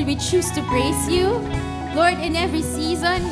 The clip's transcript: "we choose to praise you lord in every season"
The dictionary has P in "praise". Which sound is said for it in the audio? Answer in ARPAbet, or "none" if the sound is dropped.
B